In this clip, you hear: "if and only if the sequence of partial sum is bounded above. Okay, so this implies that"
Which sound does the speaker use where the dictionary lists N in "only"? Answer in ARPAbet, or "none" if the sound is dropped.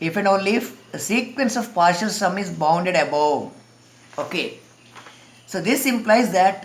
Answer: none